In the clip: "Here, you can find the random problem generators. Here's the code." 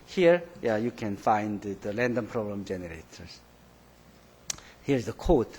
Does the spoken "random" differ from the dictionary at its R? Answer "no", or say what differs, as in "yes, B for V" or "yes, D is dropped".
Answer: yes, L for R